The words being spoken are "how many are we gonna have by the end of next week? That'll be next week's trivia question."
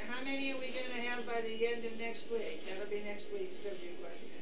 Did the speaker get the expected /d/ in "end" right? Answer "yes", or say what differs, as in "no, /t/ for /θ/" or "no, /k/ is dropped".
yes